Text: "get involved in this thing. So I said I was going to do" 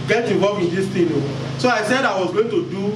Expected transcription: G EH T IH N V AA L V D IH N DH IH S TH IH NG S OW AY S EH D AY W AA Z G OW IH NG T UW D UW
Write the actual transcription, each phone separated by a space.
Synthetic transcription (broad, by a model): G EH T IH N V AA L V IH N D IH S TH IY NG S OW AY S EH D AY W AA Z G OW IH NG T UW D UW